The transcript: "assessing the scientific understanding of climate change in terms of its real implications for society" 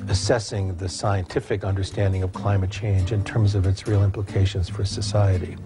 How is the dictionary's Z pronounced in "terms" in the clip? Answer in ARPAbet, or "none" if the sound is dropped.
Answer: Z